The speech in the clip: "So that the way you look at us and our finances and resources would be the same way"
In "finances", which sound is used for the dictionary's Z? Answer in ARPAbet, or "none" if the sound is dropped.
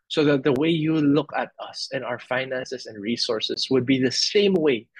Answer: S